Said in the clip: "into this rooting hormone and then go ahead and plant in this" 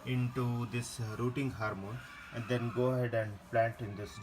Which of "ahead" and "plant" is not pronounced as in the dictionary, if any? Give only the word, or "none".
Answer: none